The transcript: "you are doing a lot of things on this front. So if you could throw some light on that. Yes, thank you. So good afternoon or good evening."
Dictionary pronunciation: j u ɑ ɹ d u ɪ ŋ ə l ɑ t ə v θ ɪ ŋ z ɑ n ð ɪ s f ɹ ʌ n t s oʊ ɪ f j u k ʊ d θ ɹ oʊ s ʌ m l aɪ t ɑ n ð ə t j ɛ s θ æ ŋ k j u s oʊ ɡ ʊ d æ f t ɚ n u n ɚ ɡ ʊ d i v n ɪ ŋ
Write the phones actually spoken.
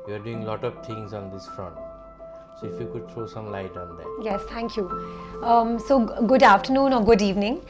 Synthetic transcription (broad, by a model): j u ɑ ɹ d u ɪ ŋ l ɑ t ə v t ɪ ŋ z ɑ n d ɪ s f ɹ ʌ n t s oʊ ɪ f j u k ʊ d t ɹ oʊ s ʌ m l aɪ t ɑ n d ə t j ɛ s t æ ŋ k j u s oʊ ɡ ʊ d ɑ f t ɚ n u n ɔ ɡ ʊ d i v n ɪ ŋ